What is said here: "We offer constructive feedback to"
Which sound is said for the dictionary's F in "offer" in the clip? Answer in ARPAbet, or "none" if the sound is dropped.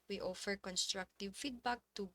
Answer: F